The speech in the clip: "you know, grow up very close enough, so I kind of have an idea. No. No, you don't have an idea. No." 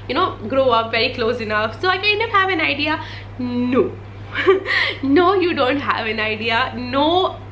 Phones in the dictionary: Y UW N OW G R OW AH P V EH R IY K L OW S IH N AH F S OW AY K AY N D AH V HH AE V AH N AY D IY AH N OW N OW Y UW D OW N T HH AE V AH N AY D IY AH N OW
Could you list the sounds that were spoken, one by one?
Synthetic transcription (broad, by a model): Y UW N OW G R OW AH P V EH R IY K L OW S IH N AH F S OW AY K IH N AH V HH AE V AH N AY D IY AH N OW N OW Y UW D OW N T HH AE V AH N AY D IY AH N OW